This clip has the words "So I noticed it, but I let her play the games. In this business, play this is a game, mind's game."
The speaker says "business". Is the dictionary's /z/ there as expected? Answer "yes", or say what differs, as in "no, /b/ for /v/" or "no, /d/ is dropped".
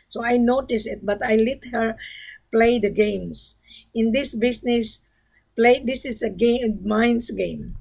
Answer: no, /s/ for /z/